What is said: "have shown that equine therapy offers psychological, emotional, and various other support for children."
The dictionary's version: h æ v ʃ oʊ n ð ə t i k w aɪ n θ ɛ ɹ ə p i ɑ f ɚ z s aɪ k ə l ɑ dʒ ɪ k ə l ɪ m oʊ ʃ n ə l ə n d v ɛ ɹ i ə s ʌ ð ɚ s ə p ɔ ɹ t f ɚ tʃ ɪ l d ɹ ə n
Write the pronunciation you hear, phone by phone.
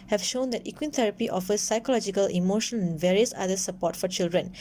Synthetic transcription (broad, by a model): h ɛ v ʃ oʊ n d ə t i k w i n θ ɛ ɹ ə p i ɑ f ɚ s aɪ k ə l ɑ dʒ ɪ k ə l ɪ m oʊ ʃ ə n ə n v ɛ ɹ i ə s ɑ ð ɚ s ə p ɔ t f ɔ tʃ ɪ l d ɹ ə n